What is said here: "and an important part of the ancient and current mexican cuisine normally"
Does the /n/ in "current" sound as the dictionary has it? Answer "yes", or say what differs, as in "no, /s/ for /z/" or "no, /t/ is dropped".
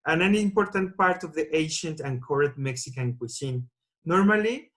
no, /n/ is dropped